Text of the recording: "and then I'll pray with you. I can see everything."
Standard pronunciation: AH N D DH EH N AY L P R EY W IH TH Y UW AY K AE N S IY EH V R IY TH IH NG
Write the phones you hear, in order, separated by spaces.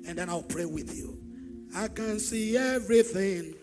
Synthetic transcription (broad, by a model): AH N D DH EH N AY L P R EY W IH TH Y UW AY K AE N S IY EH V R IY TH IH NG